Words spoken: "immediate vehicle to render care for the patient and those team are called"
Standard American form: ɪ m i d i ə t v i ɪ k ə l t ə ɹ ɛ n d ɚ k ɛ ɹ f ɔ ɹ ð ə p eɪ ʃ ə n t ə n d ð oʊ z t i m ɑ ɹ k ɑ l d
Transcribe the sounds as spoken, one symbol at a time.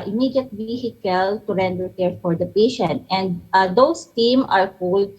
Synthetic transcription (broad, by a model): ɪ m i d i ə t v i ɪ k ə l t ə ɹ ɛ n d ɚ k ɛ ɹ f ɔ ɹ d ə p eɪ ʃ ə n t ə n d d oʊ s t i m ɑ ɹ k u l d